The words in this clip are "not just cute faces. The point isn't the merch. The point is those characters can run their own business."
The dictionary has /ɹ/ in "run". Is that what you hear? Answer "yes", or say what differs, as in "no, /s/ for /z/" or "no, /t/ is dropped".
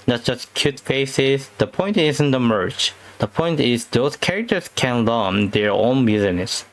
no, /l/ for /ɹ/